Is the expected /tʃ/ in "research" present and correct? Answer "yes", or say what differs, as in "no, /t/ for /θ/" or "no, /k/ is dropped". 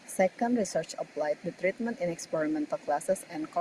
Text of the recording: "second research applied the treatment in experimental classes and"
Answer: yes